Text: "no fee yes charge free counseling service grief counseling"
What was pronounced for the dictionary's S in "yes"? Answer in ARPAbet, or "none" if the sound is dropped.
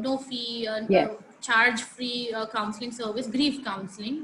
none